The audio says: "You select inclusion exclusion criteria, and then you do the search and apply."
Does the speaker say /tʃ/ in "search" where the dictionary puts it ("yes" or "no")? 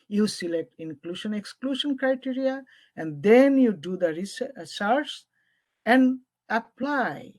no